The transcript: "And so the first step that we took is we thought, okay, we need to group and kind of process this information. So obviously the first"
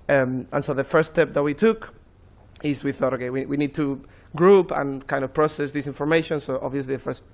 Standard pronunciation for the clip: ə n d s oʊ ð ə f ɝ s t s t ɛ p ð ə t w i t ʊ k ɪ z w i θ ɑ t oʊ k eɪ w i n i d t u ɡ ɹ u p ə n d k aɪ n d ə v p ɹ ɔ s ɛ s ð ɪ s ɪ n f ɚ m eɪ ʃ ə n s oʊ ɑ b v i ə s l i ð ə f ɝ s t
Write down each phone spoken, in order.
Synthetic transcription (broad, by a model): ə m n s oʊ ð ə f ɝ t s t ɛ p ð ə t w i t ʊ k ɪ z w i θ ɑ t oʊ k eɪ w i n i d t u ɡ ɹ u p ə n k aɪ n d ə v p ɹ ɔ s ɛ s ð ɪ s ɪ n f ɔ m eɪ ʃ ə n s oʊ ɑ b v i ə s l i ð ə f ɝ s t